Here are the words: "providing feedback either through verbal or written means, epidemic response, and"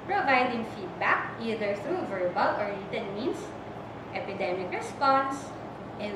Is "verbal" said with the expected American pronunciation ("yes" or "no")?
yes